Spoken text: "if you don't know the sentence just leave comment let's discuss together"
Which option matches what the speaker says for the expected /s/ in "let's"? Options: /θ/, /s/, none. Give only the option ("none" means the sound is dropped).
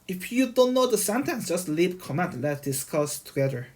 none